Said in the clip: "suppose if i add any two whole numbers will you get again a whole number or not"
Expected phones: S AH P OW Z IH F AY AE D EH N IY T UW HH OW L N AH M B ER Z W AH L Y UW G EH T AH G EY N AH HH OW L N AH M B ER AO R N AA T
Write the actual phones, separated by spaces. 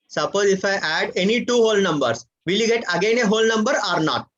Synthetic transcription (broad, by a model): S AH P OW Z IH F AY AE D EH N IY T UW HH OW L N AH M B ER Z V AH L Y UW G EH T AH G EY N AH HH OW L N AH M B ER AO R N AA T